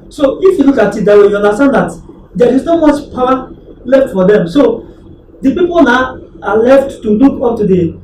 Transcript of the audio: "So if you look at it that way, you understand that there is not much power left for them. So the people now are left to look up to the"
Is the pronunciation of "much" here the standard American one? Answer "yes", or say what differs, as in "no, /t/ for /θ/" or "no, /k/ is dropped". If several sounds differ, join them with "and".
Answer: no, /s/ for /tʃ/